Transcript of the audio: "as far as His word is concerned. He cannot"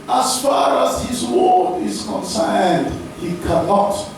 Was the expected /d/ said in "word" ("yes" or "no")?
no